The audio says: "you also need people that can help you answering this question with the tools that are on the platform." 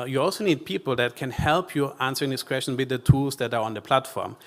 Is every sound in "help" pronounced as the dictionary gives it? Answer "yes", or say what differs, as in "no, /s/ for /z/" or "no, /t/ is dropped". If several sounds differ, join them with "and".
yes